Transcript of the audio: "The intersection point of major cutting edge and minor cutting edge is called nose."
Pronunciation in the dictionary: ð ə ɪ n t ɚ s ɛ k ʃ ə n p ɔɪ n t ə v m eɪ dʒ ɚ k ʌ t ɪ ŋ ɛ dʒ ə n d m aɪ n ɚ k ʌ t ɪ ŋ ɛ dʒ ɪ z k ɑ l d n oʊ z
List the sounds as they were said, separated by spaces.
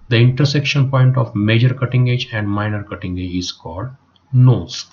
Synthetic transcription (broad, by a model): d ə ɪ n t ɚ s ɛ k ʃ ə n p ɔɪ n t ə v m eɪ dʒ ɚ k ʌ t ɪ ŋ ɛ dʒ ə n d m aɪ n ɚ k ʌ t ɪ ŋ ɛ dʒ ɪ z k ɑ l d n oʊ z